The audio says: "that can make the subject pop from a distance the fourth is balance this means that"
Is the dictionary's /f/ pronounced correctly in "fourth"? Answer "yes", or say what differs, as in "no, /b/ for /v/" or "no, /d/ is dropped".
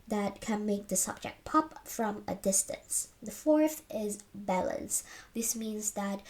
yes